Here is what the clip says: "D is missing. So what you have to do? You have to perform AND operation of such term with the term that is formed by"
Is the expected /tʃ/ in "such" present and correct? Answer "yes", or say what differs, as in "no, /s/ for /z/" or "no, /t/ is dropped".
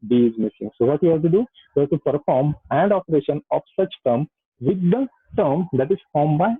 yes